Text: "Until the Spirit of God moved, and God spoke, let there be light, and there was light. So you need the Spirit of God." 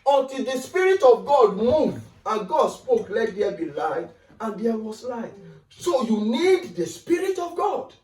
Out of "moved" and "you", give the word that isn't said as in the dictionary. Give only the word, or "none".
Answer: moved